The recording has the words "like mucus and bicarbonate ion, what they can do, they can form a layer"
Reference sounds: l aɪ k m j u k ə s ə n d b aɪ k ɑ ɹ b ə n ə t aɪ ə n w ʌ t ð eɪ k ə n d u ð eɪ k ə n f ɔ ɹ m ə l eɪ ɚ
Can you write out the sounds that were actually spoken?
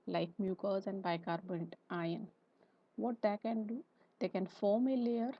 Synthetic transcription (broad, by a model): l aɪ k m j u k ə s ə n d b aɪ k ɑ ɹ b ə n ə t aɪ ə n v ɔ t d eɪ k ə n d u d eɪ k ə n f ɔ ɹ m ə l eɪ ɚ